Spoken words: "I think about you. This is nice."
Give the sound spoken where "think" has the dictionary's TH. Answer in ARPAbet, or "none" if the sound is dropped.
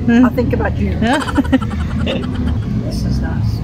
TH